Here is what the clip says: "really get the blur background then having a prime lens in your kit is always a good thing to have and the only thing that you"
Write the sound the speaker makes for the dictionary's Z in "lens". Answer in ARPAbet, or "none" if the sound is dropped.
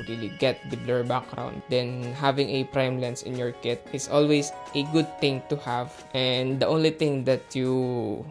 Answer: S